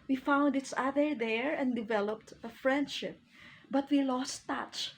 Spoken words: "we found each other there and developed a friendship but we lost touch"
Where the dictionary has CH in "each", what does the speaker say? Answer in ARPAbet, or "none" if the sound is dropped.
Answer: S